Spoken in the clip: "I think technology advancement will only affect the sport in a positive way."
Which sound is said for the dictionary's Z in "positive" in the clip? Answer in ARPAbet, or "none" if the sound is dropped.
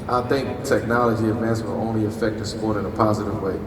Z